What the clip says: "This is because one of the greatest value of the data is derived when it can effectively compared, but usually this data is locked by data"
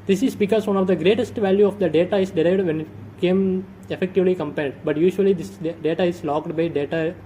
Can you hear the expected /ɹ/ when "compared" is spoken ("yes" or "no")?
no